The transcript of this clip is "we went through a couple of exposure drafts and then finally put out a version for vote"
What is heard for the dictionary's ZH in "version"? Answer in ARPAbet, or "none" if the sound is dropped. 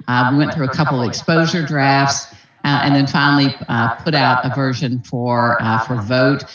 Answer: ZH